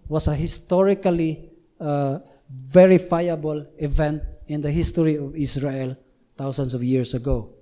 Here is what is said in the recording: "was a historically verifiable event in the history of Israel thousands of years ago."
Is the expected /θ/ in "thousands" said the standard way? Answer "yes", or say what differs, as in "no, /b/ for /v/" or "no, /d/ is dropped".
no, /t/ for /θ/